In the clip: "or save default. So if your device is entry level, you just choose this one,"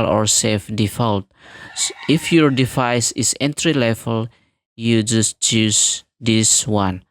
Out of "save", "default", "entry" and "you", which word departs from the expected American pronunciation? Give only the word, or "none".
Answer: save